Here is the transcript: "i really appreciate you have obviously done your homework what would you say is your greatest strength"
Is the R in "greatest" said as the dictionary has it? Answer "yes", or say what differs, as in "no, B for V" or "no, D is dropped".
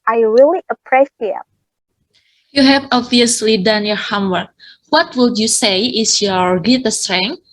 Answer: no, R is dropped